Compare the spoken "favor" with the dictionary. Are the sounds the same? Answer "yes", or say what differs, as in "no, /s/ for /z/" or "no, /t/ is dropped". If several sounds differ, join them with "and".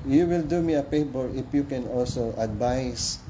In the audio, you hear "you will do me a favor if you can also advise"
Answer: no, /p/ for /f/ and /b/ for /v/